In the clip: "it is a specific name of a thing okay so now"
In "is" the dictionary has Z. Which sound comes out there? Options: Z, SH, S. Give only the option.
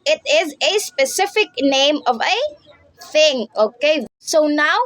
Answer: Z